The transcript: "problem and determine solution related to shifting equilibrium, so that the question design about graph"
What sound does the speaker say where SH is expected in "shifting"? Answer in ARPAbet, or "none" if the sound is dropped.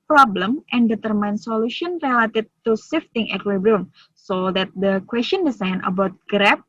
S